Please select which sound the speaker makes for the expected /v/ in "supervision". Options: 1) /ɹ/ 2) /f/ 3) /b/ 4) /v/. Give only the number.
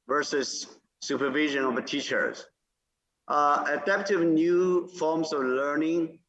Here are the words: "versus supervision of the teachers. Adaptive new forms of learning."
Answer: 4